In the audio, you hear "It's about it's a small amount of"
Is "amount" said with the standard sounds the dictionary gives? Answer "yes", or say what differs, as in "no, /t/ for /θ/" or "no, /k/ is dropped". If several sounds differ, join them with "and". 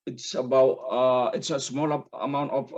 yes